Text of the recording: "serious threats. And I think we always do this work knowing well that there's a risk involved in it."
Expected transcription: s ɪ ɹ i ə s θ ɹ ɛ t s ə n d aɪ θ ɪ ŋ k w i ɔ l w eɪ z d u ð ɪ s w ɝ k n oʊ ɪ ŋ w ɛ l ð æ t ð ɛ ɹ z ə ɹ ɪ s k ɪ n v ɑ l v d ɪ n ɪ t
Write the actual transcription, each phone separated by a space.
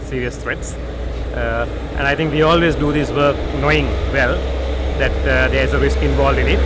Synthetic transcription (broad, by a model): s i ɹ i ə s t ɹ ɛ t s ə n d aɪ t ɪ ŋ k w i ɔ l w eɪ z d u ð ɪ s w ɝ k n oʊ ɪ ŋ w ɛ l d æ t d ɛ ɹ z ə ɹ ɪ s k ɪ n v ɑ l d ɪ n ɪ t